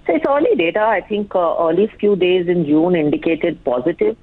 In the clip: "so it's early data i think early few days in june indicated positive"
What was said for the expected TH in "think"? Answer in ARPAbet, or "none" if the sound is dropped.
T